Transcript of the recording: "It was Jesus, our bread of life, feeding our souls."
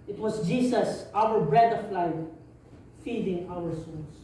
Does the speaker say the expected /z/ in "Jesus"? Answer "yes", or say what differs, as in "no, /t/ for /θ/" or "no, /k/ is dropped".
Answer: no, /s/ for /z/